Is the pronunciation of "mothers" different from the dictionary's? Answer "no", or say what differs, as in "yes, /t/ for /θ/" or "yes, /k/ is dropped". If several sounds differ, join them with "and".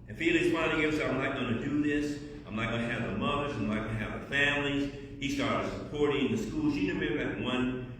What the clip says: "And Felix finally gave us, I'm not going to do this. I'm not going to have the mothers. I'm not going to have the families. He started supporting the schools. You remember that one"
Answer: no